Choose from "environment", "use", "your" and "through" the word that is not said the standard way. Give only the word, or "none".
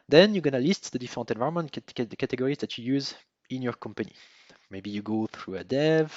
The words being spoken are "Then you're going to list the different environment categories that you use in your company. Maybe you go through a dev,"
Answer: environment